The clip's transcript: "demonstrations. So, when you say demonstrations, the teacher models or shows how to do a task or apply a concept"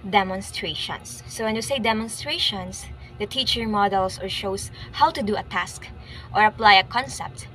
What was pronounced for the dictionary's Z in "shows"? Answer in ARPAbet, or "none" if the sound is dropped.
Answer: S